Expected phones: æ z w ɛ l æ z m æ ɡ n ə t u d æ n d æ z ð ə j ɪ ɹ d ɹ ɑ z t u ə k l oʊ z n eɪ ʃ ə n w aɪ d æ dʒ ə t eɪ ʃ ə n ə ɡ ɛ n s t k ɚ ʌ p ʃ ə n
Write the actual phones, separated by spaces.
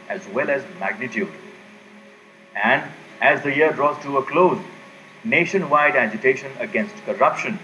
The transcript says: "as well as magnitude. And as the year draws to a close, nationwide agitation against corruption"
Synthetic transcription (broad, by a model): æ z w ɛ l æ z m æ ɡ n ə t u d æ n d æ z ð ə j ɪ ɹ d ɹ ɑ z t u ə k l oʊ z n eɪ ʃ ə n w aɪ d æ dʒ ə t eɪ ʃ ə n ə ɡ ɛ n s t k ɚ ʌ p ʃ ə n